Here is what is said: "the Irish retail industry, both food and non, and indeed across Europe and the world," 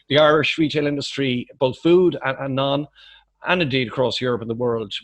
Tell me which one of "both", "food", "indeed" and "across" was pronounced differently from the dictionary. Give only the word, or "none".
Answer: none